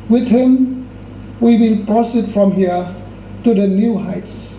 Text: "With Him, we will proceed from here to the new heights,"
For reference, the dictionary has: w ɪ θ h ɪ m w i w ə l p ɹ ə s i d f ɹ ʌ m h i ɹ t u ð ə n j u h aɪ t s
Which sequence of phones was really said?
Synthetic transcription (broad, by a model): w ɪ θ h ɪ m w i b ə n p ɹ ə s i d f ɹ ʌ m h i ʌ t u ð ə n j u h aɪ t s